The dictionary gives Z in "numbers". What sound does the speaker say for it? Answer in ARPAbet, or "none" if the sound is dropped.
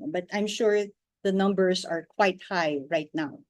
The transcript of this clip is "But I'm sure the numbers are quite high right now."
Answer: S